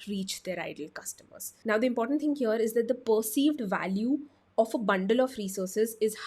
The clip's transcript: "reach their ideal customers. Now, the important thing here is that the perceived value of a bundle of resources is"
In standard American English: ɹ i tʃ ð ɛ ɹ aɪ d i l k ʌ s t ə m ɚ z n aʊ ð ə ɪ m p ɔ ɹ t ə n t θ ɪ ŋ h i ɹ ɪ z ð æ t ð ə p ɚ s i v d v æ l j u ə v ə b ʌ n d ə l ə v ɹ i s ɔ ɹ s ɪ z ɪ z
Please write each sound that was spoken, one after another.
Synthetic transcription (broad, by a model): ɹ i tʃ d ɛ ɹ aɪ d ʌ l k ʌ s t ə m ɚ z n aʊ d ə ɪ m p ɔ ɹ t ə n t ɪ ŋ h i ɹ ɪ z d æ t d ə p ɚ s i v d v æ l j u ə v ə b ʌ n d ə l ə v ɹ i s ɔ ɹ s ɪ z ɪ z